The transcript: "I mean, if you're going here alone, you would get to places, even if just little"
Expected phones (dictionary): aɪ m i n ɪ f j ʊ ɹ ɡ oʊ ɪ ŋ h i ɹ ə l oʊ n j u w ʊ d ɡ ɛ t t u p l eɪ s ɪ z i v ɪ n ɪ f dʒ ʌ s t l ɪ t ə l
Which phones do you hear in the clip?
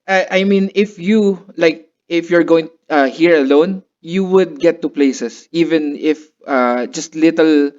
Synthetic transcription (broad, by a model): aɪ m i n ɪ f j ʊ ɹ ɡ oʊ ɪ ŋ h i ɹ ə l oʊ n j u w ʊ d ɡ ɛ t t u p l eɪ s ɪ s i v ɪ n ɪ f dʒ ʌ s t l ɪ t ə l